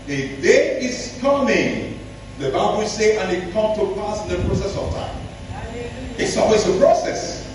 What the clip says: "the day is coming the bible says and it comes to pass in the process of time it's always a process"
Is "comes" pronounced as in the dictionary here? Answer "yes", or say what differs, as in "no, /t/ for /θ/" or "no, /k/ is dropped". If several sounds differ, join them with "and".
no, /z/ is dropped